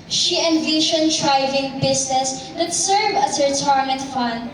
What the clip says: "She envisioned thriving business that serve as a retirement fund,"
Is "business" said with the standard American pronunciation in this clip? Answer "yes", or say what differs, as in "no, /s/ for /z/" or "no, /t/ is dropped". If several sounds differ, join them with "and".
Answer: no, /s/ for /z/